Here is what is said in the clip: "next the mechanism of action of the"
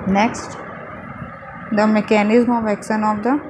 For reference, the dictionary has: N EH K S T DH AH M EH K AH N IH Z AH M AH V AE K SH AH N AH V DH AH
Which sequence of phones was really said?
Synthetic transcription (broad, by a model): N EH K S T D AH M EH K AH N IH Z M AH V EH K S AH N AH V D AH